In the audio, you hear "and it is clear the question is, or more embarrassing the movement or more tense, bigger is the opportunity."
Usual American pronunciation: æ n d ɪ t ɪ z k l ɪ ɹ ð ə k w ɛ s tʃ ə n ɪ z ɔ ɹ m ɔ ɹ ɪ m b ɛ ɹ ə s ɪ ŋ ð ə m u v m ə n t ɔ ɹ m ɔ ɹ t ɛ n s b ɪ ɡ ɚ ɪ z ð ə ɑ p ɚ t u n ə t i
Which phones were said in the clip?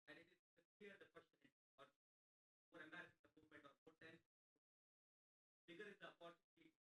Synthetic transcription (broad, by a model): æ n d ɪ t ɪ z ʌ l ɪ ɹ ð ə k w ɛ s tʃ ə n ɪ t ɔ ɹ m ɔ ɹ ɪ m ɛ ɹ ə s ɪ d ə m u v m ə n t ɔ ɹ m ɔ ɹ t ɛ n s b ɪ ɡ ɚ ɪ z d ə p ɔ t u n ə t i